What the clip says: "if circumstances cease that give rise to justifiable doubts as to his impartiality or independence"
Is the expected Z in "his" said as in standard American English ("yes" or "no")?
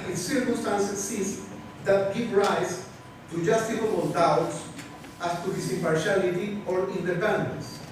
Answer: no